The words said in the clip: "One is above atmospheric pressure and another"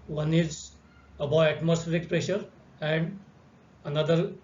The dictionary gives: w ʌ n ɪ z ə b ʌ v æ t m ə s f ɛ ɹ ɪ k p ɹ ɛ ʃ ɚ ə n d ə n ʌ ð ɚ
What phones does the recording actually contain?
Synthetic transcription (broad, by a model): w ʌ n ɪ z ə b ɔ æ t m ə s f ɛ ɹ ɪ k p ɹ ɛ ʃ ɚ ə n d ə n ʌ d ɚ